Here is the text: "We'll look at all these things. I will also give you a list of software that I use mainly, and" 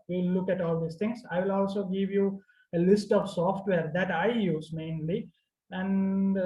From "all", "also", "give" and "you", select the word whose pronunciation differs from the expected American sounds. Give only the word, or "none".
none